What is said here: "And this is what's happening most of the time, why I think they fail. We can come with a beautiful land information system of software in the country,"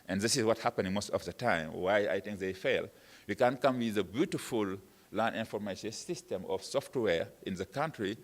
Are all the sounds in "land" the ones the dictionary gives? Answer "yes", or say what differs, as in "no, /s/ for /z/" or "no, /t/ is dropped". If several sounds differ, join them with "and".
no, /d/ is dropped